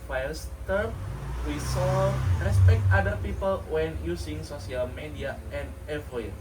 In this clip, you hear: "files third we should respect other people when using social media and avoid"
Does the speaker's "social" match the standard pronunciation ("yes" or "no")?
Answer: no